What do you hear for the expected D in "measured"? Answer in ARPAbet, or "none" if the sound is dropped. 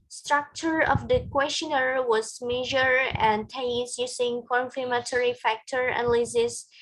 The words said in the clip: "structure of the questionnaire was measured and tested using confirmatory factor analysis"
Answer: none